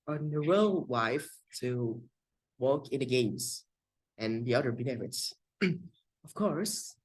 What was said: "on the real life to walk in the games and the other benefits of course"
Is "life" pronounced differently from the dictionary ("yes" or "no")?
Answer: yes